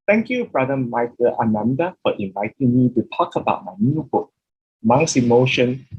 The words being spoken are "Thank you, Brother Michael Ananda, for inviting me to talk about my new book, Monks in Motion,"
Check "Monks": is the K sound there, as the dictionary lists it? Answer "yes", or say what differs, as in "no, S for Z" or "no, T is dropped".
no, K is dropped